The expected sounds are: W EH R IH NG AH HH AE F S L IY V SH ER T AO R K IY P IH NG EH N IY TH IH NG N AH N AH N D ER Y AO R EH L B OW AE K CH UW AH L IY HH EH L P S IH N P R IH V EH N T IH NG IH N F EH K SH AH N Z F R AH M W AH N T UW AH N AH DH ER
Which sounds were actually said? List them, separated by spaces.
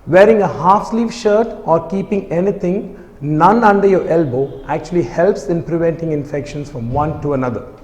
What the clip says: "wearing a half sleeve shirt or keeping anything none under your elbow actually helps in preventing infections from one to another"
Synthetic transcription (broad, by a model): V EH R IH NG AH HH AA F S L IY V SH ER T AO R K IY P IH NG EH N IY T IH NG N AH N AH N D ER Y AO R EH L B OW AE K CH UW AH L IY HH EH L P S IH N P R IH V EH N T IH NG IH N F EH K SH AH N S F R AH M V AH N T UW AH N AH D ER